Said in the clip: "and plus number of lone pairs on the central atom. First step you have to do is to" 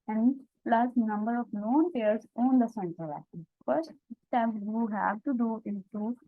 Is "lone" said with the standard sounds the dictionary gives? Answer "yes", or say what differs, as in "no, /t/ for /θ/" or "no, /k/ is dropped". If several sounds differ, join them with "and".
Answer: no, /n/ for /l/